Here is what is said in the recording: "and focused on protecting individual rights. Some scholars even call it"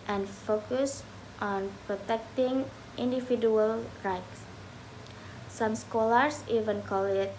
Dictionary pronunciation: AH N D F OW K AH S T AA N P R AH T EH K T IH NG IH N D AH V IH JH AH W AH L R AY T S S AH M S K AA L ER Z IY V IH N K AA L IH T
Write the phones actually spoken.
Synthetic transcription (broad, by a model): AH N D F OW K AH S T AA N P R AH T EH K T IH NG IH N D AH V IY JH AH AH L R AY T S S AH M S K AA L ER S IY V IH N K AA L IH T